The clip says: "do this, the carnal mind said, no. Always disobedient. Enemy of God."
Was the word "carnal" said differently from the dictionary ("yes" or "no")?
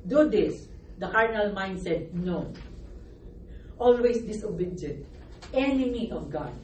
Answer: no